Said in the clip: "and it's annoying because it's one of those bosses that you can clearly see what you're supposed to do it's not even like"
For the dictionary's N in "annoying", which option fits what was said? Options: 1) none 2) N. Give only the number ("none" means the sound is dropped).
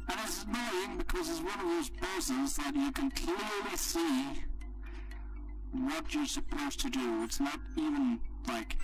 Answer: 1